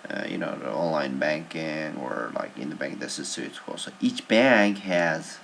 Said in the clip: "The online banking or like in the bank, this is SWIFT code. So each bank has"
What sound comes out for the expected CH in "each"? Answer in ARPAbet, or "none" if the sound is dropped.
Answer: CH